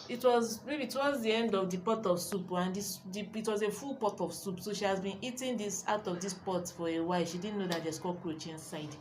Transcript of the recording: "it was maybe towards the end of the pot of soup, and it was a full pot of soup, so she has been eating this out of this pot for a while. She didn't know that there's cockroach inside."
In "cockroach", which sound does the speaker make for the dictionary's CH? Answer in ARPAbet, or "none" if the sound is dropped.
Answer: CH